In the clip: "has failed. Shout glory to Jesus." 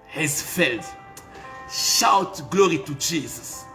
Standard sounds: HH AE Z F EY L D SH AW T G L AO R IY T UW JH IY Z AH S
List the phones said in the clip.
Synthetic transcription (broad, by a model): HH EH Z F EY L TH SH AW T G L AO R IY T UW JH IY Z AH S